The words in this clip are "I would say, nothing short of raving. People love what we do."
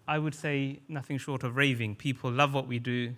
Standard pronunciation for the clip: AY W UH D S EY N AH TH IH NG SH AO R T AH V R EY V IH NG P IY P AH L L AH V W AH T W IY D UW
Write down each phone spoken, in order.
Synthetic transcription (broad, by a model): AY W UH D S EY N AH TH IH NG SH AO R T AH V R EY V IH NG P IY P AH L L AH V W AH T W IY D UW